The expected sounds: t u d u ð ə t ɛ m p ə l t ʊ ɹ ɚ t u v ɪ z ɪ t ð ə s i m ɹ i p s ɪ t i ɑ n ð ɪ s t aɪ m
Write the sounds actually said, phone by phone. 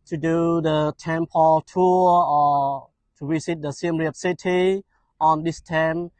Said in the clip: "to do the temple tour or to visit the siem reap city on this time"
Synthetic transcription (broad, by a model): t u d u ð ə t ɛ m p ə l t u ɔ t u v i s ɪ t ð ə s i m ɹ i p s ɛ t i ɑ n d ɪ s t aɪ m